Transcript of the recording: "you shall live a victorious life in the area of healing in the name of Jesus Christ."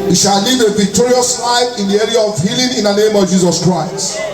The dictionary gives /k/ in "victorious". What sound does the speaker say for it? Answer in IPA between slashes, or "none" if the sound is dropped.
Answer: /k/